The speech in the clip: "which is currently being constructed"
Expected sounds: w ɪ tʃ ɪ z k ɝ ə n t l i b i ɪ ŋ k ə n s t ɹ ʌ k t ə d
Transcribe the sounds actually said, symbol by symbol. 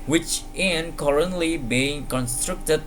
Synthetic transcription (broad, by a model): w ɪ tʃ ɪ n k ɝ ə n t l i b i ɪ ŋ k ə n s t ɹ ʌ k t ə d